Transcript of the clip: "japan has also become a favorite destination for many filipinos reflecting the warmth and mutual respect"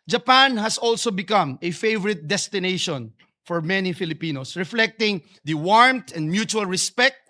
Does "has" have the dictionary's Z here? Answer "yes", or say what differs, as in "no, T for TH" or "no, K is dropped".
no, S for Z